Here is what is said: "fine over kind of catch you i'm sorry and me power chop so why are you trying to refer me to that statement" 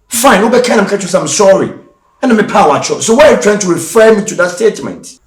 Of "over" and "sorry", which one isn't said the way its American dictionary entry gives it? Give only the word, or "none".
over